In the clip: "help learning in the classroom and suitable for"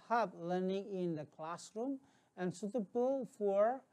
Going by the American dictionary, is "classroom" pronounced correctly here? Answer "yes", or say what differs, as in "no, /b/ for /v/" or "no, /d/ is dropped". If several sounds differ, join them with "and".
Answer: yes